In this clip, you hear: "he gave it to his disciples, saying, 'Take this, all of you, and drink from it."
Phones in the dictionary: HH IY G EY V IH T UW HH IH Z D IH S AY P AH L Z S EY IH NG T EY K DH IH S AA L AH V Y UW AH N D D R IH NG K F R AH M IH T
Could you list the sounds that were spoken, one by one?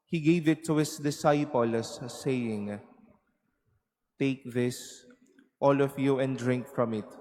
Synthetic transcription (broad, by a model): HH IY G EY V IH T UW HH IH S D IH S AY P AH L S EY IH NG T EY K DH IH S AA L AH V Y UW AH N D D R IH NG K F R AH M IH T